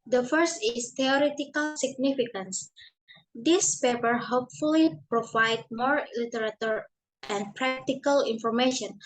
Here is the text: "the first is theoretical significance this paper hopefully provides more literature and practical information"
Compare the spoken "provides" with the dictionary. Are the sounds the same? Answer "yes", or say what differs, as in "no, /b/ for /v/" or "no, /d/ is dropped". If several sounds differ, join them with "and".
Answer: no, /z/ is dropped